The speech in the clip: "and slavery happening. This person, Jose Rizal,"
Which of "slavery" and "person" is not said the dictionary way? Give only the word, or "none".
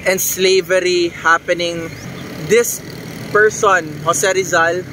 none